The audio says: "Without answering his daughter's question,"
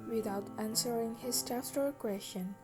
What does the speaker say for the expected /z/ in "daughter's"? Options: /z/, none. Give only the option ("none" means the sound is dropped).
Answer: none